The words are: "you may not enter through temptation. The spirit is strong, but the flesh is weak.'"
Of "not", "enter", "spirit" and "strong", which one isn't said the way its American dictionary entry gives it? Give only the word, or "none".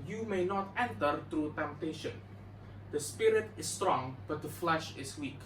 none